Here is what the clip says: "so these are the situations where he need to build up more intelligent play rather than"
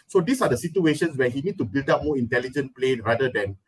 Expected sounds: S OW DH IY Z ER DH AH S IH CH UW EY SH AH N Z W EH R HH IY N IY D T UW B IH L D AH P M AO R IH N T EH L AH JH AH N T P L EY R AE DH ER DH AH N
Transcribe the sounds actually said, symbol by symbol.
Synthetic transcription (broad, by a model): S OW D IY S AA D AH S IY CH UW EY SH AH N S W EH HH IY N IY D T UW B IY L D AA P M AO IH N T EH L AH JH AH N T P L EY R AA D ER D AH N